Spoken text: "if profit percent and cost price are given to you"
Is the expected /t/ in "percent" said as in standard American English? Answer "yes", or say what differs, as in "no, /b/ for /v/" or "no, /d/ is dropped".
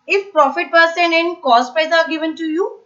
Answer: no, /t/ is dropped